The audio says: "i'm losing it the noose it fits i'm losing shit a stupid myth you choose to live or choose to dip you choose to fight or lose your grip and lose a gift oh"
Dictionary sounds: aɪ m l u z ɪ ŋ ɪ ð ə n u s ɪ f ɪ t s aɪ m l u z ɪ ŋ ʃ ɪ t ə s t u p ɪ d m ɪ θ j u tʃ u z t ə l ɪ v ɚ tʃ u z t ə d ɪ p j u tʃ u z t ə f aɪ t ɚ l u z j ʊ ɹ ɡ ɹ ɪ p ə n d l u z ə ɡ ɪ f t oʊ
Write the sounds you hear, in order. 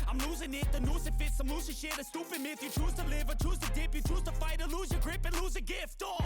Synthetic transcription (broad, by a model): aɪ m l u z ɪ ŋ ɪ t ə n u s ɪ f ɪ t s aɪ m l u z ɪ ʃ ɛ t ə s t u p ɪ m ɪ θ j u tʃ u z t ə l ɪ v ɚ tʃ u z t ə d ɪ p j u tʃ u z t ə f aɪ t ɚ l u z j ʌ ɡ ɹ ɪ p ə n l u z ə ɡ ɪ f t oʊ